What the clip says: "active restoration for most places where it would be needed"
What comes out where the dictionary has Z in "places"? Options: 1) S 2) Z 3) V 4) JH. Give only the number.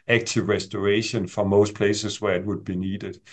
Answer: 1